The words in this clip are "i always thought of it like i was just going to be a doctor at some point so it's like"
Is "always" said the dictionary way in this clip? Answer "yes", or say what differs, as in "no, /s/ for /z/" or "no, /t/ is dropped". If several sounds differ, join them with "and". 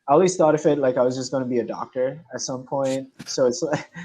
no, /s/ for /z/